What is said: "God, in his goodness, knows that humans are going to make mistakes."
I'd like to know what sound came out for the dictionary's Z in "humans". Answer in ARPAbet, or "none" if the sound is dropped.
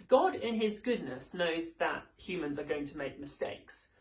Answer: Z